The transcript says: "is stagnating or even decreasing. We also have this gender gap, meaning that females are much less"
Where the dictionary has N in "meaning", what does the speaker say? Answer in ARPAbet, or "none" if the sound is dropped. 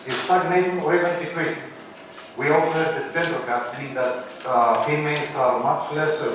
none